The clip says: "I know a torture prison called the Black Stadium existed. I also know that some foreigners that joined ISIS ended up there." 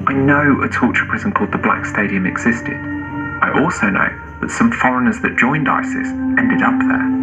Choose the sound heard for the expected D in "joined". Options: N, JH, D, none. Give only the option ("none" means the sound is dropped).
D